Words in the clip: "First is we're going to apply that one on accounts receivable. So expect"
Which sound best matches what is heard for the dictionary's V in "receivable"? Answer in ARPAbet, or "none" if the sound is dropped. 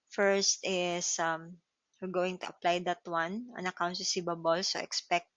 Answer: B